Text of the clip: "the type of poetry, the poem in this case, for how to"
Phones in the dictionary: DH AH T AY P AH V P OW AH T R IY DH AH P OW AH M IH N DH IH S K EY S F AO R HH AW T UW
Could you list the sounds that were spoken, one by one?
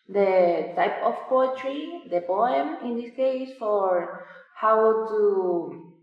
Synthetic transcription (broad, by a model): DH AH T AY P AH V P OW AH T R IY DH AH P OW AH M IH N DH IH S K EY S F AO R HH AW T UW